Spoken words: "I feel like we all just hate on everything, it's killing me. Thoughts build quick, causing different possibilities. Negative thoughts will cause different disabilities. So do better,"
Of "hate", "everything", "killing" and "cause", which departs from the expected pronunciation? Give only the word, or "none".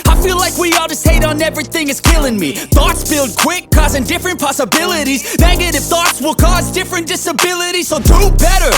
none